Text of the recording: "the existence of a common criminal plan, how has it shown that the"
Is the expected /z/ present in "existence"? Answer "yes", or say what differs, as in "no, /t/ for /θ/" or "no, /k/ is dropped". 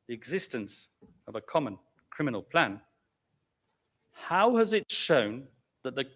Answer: yes